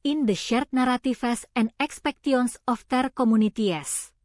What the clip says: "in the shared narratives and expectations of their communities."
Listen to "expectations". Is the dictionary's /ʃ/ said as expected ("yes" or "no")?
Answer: no